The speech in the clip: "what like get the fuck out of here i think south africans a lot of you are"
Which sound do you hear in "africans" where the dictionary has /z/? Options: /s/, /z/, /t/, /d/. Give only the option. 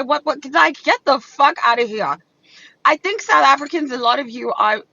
/z/